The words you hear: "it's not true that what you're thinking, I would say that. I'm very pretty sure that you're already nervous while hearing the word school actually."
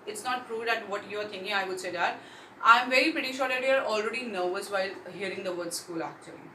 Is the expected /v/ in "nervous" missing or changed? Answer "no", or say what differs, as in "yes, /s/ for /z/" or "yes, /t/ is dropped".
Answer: no